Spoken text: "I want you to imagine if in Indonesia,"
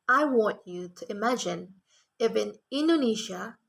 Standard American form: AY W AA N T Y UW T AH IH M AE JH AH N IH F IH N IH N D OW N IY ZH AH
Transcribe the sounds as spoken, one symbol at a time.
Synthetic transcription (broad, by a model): AY W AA N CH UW T AH IH M AE JH AH N IH F IH N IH N D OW N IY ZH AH